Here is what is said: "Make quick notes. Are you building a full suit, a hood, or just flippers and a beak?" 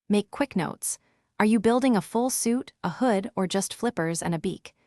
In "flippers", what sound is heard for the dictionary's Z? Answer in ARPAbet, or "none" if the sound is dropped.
Z